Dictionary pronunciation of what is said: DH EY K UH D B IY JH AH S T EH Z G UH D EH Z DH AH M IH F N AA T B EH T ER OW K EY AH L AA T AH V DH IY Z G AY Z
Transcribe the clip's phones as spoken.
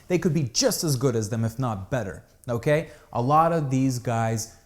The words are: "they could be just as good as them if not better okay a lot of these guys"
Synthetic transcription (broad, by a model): DH EY K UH D B IY JH AH S T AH Z G UH D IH Z DH AH M IH F N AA T B EH T ER OW K EY AH L AA T AH V DH IY Z G AY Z